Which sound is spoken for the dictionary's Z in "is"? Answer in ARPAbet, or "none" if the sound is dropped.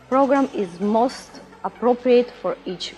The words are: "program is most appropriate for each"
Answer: Z